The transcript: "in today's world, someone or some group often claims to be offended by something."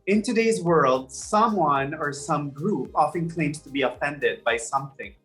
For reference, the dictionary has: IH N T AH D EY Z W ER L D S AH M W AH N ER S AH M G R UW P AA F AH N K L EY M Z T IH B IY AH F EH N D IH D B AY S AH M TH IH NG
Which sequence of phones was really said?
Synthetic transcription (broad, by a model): IH N T AH D EY Z W ER L D S AH M W AH N ER S AH M G R UW P AA F AH N K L EY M T IH B IY AH F EH N D IH D B AY S AH M TH IH NG